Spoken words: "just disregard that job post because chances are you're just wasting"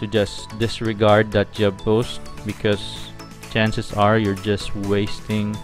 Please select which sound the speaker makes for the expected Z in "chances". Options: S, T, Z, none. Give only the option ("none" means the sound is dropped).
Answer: S